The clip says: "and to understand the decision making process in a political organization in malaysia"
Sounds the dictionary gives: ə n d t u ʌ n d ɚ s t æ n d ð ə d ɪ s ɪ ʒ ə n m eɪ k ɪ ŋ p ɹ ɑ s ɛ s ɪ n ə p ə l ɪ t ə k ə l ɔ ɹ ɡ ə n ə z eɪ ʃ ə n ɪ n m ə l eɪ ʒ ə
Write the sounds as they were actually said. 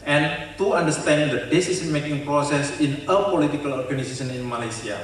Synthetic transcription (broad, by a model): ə n t u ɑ n d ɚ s t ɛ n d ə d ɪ s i s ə n m eɪ k ɪ ŋ p ɹ ɑ s ɛ s ɪ n ə p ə l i t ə k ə l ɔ ɹ ɡ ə n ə s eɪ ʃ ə n ɪ n m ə l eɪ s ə